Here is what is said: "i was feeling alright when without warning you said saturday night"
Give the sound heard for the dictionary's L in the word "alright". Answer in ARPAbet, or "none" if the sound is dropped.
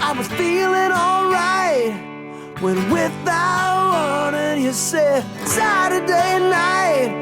L